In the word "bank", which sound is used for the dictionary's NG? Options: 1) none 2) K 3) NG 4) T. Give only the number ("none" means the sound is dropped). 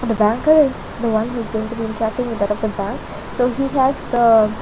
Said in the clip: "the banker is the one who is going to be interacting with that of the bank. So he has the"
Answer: 3